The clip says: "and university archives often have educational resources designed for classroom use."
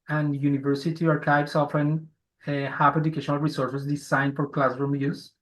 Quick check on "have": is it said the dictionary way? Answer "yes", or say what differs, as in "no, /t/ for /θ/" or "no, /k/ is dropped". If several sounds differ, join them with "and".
no, /p/ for /v/